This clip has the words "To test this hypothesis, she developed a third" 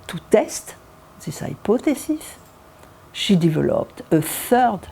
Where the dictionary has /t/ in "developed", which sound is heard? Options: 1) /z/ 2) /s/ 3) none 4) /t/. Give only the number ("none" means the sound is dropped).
4